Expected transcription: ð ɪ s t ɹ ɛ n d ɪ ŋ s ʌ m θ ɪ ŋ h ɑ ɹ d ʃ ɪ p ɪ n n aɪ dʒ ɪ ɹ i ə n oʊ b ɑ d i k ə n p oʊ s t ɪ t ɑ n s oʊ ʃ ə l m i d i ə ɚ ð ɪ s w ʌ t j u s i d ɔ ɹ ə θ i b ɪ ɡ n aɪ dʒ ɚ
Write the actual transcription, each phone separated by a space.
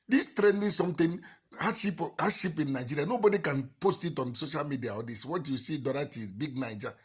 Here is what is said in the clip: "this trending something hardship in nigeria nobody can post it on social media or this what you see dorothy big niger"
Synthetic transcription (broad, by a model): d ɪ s t ɹ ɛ n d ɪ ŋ s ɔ m t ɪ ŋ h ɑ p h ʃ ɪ p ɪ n n aɪ dʒ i ɹ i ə n oʊ b ɑ d i k ə n p oʊ s t ɪ t ɑ n s oʊ ʃ ə l m i d i ə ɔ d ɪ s w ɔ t j u s i d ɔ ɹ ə t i b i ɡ n aɪ dʒ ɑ